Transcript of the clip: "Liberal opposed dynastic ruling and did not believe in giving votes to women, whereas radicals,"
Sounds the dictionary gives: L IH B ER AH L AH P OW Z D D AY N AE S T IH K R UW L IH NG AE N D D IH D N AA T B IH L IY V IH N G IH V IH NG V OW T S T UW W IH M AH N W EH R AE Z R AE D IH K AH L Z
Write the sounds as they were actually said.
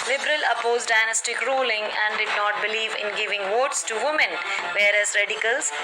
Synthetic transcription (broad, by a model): L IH B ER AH L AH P OW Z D D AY N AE S T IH K R UW L IH NG AE N D D IH D N AA T B IH L IY V IH N G IH V IH NG V OW T S T UW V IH M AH N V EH R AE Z R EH D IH K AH L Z